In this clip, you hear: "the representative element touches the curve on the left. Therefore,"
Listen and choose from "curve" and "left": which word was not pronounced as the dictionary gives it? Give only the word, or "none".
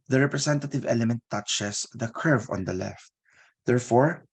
none